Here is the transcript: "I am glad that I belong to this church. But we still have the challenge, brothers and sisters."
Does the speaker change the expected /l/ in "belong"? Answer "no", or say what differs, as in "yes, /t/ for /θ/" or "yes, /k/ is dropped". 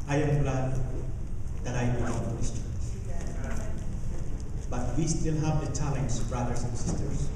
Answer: yes, /l/ is dropped